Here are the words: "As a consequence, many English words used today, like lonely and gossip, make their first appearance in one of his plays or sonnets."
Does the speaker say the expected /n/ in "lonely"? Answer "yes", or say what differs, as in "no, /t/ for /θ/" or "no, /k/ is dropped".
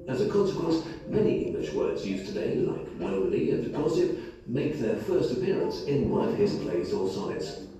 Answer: no, /n/ is dropped